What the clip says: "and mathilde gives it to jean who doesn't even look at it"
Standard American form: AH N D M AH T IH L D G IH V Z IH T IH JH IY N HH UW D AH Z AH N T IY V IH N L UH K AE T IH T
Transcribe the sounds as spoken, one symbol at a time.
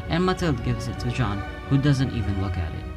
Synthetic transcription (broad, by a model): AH N M AH T IH L D G IH V Z IH T IH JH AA N HH UW D AH Z AH N T IY V IH N L UH K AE T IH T